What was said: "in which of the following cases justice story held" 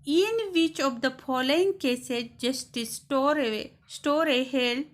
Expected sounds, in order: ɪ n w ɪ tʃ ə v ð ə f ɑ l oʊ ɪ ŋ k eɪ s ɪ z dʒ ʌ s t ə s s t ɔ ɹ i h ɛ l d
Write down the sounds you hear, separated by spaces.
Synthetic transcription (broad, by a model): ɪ n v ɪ tʃ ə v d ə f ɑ l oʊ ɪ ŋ k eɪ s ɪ dʒ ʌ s t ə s s t ɔ ɹ i h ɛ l